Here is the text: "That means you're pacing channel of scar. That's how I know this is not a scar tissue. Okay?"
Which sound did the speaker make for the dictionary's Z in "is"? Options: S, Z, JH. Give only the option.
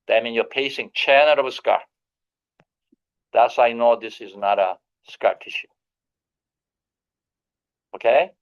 Z